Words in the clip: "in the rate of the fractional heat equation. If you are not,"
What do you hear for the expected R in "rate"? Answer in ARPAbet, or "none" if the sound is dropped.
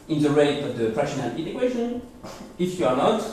R